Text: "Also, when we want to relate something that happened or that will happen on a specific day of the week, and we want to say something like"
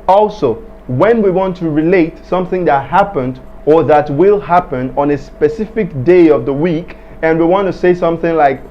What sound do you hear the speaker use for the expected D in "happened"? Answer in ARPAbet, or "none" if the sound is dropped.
D